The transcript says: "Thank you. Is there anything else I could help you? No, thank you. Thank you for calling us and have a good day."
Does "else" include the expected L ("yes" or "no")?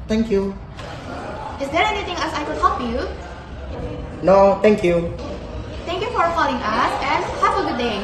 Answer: no